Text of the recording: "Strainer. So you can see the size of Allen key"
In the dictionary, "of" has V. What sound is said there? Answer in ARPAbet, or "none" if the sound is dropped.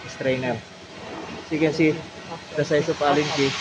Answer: P